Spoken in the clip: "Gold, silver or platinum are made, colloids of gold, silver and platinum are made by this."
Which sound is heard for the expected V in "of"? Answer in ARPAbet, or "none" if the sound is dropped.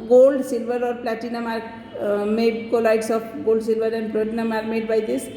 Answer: P